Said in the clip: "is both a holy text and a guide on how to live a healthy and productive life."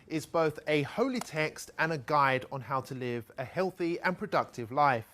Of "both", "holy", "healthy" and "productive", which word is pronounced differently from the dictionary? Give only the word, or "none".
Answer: none